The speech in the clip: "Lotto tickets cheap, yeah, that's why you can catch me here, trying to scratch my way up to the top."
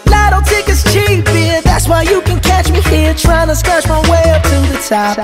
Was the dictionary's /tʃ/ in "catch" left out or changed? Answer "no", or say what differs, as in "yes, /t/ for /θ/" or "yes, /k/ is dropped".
no